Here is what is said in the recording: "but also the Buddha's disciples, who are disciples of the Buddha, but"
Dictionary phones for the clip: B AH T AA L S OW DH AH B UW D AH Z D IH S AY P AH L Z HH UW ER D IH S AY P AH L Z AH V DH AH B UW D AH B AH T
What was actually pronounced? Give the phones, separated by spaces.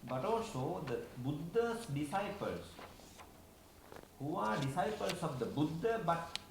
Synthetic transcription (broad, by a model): B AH T AA L S OW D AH B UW D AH S D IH S AY P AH L S HH UW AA D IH S AY P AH L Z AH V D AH B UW D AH B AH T